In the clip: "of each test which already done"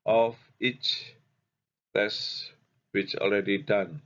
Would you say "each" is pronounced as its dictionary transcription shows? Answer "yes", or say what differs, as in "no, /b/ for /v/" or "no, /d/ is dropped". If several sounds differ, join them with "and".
yes